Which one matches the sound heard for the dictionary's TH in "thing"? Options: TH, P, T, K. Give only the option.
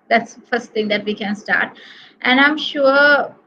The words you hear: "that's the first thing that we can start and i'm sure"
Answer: T